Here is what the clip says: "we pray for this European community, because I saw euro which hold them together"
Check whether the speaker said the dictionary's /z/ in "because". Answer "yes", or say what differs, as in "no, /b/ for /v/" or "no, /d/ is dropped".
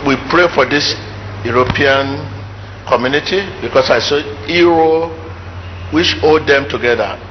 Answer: no, /s/ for /z/